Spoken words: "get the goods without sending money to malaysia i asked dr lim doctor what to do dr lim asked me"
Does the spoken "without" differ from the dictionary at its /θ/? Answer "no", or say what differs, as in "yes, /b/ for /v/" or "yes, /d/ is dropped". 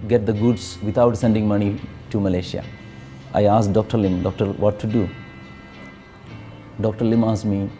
yes, /t/ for /θ/